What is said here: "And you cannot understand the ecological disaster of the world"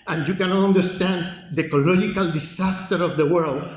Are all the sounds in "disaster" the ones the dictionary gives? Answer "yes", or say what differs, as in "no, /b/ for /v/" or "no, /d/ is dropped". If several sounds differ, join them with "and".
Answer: no, /s/ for /z/